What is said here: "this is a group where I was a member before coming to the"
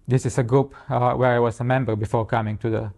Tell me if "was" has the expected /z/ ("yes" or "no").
no